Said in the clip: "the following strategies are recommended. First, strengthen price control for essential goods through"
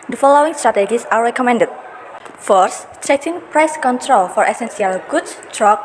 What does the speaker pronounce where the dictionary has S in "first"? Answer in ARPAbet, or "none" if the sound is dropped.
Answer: none